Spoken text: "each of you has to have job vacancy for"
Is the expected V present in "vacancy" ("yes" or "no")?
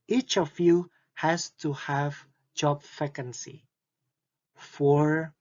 no